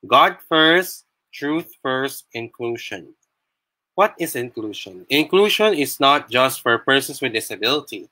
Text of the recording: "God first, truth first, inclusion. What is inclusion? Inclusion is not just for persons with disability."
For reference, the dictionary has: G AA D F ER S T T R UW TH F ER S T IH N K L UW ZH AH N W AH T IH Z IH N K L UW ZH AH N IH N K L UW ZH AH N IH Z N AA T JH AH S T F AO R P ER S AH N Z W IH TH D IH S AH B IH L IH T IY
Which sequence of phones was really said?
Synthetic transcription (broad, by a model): G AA D F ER S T T R UW TH F ER S T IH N K L UW SH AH N W AH T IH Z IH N K L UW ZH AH N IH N K L UW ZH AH N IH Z N AA T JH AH S T F AO R P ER S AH N S W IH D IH S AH B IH L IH T IY